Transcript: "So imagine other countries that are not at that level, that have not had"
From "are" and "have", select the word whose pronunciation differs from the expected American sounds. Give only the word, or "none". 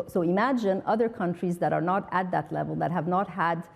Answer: none